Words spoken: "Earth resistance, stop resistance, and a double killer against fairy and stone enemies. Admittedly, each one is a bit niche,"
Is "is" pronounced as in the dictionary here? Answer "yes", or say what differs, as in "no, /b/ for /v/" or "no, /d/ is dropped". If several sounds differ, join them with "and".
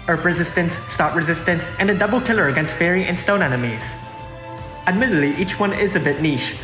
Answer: yes